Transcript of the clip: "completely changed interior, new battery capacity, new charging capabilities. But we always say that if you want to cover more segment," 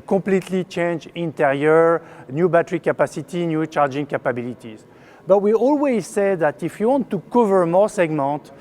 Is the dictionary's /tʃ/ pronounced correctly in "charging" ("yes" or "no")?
yes